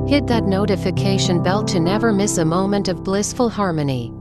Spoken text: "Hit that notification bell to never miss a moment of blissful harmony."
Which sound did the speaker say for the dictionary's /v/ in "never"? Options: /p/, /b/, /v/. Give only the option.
/v/